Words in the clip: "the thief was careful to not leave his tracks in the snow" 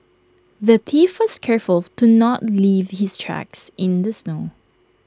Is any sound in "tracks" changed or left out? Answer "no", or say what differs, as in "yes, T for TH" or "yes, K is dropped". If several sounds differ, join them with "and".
no